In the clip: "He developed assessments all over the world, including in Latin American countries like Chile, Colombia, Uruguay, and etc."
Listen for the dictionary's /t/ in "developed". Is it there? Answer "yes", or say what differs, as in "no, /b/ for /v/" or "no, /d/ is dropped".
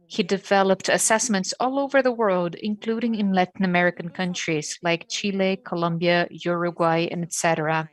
yes